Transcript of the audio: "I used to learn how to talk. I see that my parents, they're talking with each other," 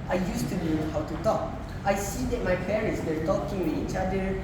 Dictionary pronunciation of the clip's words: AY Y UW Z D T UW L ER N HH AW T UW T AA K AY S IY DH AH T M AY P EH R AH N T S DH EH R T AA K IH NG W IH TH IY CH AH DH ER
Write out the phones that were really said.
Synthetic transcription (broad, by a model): AY Y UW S T UW N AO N HH AW T UW T AA K AY S IY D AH T M AY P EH R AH N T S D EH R T AA K IH NG W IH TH IY CH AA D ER